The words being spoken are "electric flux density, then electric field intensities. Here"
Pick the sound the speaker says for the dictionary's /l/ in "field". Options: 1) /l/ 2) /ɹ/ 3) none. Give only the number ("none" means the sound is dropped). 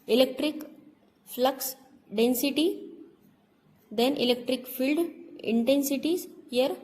1